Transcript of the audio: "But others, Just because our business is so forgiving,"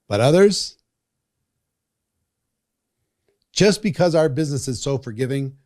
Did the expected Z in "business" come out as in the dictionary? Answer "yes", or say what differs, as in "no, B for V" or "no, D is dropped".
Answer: yes